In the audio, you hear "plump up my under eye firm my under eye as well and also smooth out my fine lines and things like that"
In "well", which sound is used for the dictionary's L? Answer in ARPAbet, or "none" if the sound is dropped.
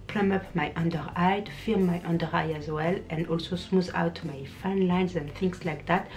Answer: L